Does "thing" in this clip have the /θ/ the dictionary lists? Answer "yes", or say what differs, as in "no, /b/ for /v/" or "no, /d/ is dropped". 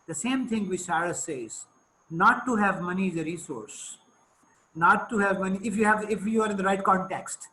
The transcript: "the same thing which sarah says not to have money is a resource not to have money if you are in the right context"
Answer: no, /t/ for /θ/